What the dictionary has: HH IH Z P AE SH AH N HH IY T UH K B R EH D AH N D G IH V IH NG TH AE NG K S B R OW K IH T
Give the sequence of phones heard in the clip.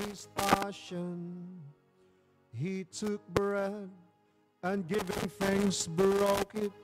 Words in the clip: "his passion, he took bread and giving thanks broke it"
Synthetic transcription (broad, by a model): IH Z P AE SH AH N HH IY T UH K B R EH D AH N G IH V IH NG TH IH NG S B R OW K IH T